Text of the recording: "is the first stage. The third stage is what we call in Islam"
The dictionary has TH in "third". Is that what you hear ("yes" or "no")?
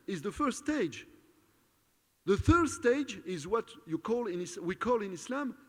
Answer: yes